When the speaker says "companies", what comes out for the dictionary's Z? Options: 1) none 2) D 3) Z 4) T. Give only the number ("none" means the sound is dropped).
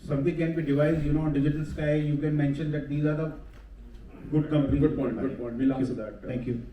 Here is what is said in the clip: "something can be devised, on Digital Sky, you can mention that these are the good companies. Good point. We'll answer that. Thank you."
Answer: 1